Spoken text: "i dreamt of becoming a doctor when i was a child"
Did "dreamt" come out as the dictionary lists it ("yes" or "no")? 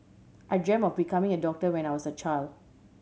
no